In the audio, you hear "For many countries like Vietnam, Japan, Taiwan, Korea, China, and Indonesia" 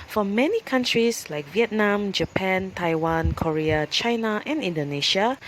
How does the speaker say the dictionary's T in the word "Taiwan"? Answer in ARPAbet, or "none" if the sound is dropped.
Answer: T